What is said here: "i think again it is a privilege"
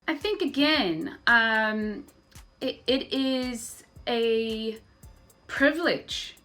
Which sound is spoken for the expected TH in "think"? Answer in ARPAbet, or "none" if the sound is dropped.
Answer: TH